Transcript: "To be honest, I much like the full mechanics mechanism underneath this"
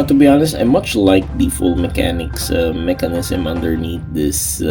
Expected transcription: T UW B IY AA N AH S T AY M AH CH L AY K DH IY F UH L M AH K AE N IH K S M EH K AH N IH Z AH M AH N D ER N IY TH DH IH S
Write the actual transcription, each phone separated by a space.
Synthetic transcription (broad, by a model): T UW B IY AA N AH S T AY M AH CH L AY K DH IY F UH L M AH K AE N IH K S M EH K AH N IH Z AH M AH N D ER N IY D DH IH S